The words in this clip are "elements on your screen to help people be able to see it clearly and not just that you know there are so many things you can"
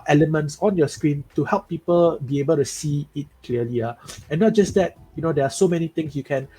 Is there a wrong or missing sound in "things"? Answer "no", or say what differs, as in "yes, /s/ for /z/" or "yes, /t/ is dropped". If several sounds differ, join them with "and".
yes, /t/ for /θ/ and /s/ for /z/